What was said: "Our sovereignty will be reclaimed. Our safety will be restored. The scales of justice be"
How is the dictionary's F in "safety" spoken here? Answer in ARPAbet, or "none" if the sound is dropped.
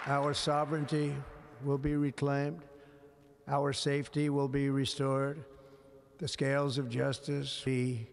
F